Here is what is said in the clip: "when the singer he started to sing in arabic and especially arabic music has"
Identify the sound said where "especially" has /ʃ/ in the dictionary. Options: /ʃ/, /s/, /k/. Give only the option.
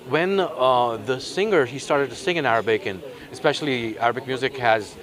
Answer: /ʃ/